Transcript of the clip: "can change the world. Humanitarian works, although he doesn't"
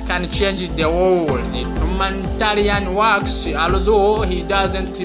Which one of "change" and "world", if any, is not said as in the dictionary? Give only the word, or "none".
world